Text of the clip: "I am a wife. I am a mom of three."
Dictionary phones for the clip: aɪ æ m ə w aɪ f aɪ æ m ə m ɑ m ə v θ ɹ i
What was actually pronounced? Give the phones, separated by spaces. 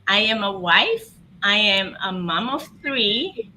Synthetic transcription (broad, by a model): aɪ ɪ m ə w aɪ f aɪ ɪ m ə m ɑ m ə v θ ɹ i